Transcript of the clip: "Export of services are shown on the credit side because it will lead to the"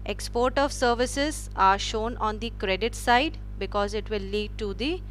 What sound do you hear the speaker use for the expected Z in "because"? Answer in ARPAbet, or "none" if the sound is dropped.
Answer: Z